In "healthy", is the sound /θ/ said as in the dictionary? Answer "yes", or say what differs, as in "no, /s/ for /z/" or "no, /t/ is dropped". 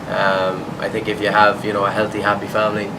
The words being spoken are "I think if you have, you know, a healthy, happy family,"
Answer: yes